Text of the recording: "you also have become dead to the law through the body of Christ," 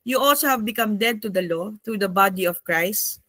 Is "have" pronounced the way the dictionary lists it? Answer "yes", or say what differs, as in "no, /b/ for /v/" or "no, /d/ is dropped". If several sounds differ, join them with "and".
yes